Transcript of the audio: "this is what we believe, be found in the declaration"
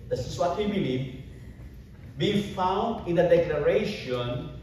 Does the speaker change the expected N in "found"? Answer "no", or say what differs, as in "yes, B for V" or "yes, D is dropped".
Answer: no